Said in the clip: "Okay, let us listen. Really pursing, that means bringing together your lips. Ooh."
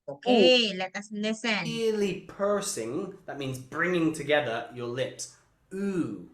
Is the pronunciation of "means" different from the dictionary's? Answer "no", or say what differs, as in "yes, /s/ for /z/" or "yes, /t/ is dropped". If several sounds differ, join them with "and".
no